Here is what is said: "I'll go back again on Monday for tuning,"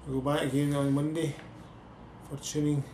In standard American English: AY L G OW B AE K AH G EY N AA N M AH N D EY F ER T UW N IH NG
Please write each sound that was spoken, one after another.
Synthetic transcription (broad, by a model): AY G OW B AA AH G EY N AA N M AH N D EY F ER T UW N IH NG